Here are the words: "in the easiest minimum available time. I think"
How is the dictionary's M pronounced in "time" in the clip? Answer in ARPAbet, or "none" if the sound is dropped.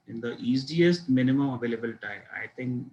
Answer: none